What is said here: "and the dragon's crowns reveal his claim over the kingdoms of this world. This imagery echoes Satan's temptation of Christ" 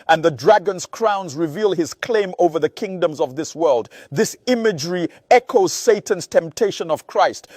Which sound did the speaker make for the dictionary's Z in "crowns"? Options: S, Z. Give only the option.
Z